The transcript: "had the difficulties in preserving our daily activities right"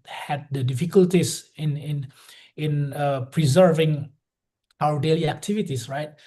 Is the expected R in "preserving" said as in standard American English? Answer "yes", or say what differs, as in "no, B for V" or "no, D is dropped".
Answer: yes